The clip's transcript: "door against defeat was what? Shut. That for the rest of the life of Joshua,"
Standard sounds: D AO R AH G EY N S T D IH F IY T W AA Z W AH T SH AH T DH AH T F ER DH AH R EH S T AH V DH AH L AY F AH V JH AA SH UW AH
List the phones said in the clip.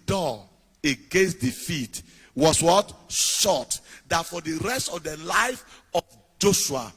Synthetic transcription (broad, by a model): D AO AH G EY N S T D IH F IY T W AA S W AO T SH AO T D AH T F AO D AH R EH S T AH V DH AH L AY F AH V JH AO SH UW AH